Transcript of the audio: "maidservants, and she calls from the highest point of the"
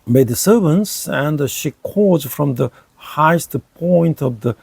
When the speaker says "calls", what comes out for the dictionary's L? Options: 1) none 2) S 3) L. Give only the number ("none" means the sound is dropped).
1